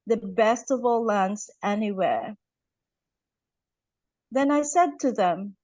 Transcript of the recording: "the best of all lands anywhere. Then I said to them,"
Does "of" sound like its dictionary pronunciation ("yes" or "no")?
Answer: yes